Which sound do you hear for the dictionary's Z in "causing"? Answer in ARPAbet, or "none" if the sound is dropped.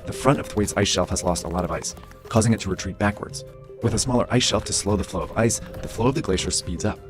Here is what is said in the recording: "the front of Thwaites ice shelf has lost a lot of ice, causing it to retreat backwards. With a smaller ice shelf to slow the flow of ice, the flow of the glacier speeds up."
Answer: Z